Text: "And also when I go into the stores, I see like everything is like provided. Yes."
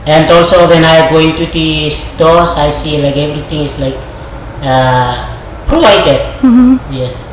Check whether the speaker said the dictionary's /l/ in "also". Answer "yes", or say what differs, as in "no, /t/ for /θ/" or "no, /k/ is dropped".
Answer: yes